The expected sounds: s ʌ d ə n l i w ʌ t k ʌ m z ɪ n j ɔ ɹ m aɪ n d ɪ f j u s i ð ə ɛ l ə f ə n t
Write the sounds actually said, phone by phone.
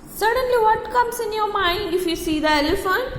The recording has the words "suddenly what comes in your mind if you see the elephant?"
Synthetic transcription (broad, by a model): s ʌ d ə n l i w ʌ t k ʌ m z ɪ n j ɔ m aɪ d ɪ f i s i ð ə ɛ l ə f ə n